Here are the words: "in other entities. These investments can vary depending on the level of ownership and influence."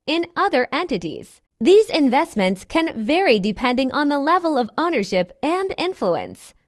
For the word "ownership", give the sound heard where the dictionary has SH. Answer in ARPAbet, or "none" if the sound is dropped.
SH